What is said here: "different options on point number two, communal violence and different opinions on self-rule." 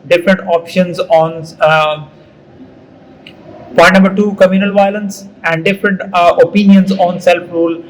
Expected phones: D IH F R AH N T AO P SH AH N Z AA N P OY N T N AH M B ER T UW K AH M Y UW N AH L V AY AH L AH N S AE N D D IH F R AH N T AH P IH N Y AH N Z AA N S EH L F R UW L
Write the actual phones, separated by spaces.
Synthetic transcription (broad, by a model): D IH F R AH N T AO P SH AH N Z AA N P OY T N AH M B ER T UW K AH M Y UW N AH L V AY AH L AH N S AE N D D IH F R AH N T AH P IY N Y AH N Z AA N S EH L F R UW L